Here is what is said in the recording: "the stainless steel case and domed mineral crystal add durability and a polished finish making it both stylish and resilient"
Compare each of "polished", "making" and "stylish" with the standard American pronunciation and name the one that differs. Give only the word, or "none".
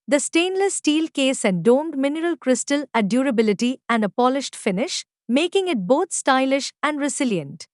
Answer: none